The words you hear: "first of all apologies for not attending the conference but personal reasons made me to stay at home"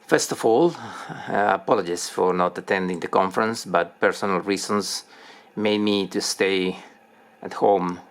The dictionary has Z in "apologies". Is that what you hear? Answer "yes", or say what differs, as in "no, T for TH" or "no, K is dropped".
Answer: no, S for Z